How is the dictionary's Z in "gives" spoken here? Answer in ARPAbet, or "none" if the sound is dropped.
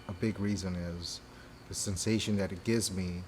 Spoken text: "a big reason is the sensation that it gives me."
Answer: Z